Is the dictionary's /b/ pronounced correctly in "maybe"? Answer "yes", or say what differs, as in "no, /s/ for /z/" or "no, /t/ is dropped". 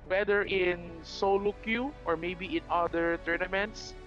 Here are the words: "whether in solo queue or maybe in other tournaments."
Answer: yes